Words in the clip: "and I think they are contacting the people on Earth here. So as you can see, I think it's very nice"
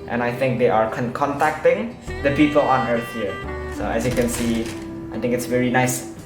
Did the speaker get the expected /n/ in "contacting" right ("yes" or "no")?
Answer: yes